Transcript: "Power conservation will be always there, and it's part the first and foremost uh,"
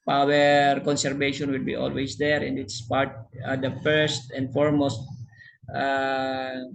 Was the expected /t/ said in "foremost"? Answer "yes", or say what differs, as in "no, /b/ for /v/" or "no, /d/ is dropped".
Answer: yes